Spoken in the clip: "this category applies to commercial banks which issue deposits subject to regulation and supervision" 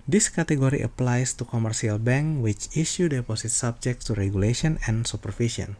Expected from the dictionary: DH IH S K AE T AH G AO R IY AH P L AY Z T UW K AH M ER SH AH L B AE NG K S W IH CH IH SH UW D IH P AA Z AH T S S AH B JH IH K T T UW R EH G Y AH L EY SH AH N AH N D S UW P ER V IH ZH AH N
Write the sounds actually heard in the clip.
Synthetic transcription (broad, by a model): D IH S K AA T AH G AO R IY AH P L AY S T UW K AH M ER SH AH L B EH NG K W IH CH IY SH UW D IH P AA S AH T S S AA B JH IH K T T UW R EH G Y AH L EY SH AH N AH N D S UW P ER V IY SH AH N